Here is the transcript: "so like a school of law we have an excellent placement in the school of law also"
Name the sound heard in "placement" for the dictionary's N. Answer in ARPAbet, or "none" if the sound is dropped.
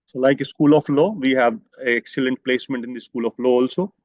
N